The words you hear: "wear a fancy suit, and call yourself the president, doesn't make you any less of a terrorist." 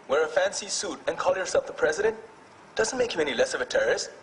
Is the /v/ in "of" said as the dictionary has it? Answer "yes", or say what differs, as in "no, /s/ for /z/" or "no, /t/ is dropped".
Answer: yes